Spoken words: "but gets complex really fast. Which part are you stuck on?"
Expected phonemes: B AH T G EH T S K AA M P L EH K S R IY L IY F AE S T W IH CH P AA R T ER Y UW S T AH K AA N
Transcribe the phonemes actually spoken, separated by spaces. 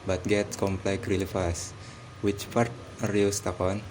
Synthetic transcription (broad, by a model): B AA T G EH T S K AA M P L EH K R IY L IY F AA S W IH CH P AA R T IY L S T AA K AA N